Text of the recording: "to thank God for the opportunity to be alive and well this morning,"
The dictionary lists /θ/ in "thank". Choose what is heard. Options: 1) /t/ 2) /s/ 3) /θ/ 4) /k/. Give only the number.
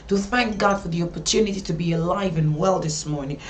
3